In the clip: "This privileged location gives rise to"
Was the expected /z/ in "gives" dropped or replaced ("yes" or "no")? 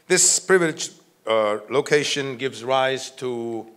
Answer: no